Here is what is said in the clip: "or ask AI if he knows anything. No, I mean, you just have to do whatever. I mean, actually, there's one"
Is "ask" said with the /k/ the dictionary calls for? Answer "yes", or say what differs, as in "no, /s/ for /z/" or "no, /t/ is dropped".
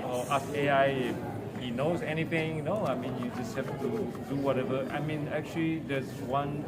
no, /k/ is dropped